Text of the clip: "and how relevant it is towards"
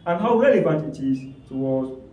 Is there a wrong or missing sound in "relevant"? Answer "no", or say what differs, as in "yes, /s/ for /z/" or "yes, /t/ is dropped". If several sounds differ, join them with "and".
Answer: yes, /n/ is dropped